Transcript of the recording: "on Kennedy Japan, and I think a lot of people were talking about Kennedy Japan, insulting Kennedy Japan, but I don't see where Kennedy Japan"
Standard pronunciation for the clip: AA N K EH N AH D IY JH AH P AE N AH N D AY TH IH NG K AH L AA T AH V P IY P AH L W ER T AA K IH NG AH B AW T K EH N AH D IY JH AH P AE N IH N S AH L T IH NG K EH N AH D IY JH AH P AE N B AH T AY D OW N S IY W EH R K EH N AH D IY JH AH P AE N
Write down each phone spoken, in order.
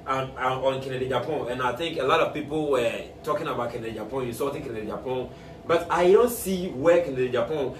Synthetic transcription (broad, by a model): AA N K EH N AH D IY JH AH P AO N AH N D AY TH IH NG K AH L AA T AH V P IY P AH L W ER T AA K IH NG AH B AW T K EH N AH D IY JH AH P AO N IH S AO T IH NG K EH N AH D IY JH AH P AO N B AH T AY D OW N S IY W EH K EH N AH D IY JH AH P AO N